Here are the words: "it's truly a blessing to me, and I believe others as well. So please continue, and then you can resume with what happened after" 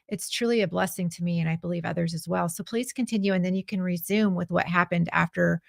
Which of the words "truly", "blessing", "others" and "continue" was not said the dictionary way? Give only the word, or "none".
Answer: none